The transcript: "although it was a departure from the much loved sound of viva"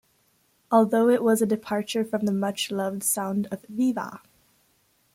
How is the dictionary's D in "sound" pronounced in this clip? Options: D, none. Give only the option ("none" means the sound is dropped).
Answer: D